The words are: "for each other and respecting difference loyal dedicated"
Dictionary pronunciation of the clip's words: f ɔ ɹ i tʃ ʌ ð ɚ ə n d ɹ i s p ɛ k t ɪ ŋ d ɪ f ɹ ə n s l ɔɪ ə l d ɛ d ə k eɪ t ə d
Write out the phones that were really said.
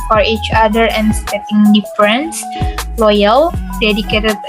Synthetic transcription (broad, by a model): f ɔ ɹ i tʃ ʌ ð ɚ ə n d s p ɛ t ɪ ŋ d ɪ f ɹ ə n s l ɔɪ ə l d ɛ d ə k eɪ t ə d